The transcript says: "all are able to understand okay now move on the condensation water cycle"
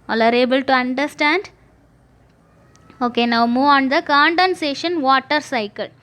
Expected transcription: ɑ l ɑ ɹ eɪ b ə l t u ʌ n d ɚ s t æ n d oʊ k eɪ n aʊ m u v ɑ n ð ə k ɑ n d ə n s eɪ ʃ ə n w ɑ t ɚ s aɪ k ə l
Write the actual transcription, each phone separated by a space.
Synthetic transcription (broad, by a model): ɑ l ɑ ɹ eɪ b ə l t u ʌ n d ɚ s t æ n d oʊ k eɪ n aʊ m u v ɑ n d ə k ɑ n d ə n s eɪ ʃ ə n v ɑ t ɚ s aɪ k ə l